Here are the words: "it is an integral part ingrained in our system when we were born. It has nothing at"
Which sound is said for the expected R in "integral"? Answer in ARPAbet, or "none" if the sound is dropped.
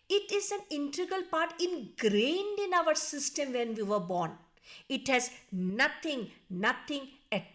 none